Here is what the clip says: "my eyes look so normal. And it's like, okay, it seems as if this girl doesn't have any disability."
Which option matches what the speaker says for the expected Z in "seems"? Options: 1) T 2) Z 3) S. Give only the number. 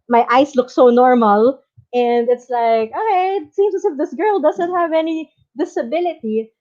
3